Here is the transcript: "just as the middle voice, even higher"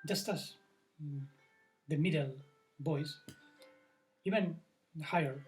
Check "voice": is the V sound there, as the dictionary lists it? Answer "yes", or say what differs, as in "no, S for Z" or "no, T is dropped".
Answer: no, B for V